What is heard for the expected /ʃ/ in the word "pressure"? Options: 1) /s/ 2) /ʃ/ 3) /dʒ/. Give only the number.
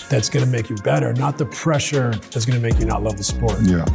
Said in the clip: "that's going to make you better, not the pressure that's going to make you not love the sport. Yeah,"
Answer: 2